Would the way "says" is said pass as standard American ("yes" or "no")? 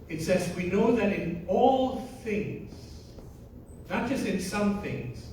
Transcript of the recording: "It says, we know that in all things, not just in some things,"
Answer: yes